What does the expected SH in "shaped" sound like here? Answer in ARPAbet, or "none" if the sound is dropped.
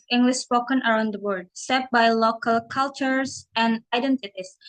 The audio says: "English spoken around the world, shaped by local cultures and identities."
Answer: S